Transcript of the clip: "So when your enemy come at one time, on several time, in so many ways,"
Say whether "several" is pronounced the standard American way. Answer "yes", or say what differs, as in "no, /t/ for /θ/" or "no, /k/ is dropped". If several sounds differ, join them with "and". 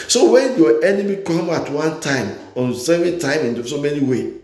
no, /ɹ/ is dropped and /n/ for /l/